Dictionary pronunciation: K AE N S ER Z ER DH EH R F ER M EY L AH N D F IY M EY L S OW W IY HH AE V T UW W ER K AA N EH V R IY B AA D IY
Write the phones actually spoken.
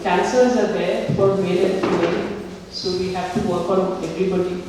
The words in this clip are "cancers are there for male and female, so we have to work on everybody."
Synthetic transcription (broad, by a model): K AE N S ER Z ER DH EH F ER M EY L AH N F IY EY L S OW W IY HH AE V T UW W ER K AA N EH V R IY B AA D IY